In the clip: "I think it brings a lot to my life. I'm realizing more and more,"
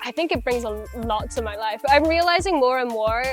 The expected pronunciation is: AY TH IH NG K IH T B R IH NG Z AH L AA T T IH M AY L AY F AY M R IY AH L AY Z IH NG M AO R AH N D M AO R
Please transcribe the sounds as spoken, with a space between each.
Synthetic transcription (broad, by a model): AY TH IH NG K IH T B R IH NG Z AH L AA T T IH M AY L AY F AY M R IY AH L AY Z IH NG M AO R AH N M AO R